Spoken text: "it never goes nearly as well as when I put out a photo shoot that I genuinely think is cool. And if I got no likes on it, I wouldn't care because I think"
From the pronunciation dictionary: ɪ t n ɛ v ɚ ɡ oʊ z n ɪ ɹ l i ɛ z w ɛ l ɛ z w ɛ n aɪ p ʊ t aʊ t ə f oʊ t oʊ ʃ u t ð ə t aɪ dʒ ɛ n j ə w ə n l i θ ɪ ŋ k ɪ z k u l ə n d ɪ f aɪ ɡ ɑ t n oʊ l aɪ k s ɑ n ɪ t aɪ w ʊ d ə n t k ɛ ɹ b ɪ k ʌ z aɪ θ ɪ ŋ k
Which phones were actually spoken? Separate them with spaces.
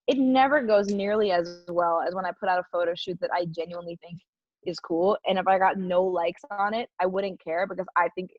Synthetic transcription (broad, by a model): ɪ t n ɛ v ɚ ɡ oʊ z n ɪ ɹ l i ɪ z w ɛ l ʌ z w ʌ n aɪ p ʊ t aʊ t ə f oʊ t oʊ ʃ u t ð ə t aɪ dʒ ɛ n j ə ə n l i θ ɪ ŋ k ɪ z k u l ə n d ɪ f aɪ ɡ ɑ t n oʊ l aɪ k s n ɪ t aɪ w ʊ d n k ɛ ɹ b ɪ k ʌ z aɪ θ ɪ ŋ k